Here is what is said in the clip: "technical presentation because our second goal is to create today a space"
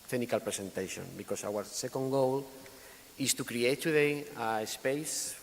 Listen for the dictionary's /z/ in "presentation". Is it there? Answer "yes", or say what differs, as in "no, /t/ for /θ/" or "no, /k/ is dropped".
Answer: no, /s/ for /z/